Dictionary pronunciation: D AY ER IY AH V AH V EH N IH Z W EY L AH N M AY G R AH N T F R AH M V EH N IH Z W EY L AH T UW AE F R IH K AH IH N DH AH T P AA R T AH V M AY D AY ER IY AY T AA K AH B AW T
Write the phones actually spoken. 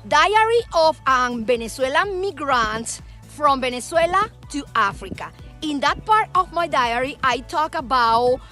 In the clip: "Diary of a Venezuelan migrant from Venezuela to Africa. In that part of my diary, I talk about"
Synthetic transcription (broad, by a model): D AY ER IY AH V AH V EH N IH S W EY L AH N M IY G R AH N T F R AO M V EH N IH S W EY L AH T UW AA F R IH K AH IH N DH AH T P AA R T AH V M AY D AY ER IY AY T AA K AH B AW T